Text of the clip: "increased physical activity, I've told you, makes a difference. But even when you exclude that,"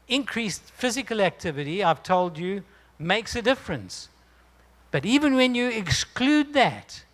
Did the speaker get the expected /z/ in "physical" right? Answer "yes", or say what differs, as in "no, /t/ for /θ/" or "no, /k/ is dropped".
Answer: yes